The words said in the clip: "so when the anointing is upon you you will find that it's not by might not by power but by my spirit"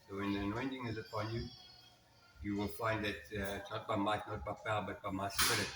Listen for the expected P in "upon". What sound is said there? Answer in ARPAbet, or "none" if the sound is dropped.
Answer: P